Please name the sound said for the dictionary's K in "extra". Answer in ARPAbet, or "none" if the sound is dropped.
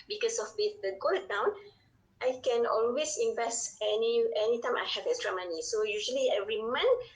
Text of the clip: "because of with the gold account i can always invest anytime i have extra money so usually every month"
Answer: none